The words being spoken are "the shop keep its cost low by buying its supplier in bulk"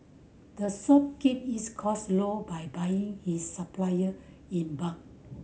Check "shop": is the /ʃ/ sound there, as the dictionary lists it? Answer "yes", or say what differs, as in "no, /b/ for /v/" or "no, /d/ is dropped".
no, /s/ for /ʃ/